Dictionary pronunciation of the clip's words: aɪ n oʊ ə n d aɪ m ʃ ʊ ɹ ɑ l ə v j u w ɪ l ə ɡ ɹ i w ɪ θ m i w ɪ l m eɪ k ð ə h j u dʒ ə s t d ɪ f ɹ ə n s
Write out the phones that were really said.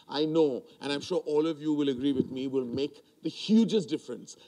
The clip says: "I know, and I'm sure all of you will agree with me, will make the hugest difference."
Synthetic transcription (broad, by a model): aɪ n oʊ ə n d aɪ m ʃ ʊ ɹ ɑ l ə v j u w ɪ l ə ɡ ɹ i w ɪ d m i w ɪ l m eɪ k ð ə h j u dʒ ə s t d ɪ f ɹ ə n s